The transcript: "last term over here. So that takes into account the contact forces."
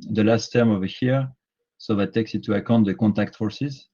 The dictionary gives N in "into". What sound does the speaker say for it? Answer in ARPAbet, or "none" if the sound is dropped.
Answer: none